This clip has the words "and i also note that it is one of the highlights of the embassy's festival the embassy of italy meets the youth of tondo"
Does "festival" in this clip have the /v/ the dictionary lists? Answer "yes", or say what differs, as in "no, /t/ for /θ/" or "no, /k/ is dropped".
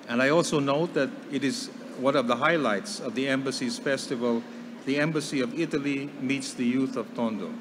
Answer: yes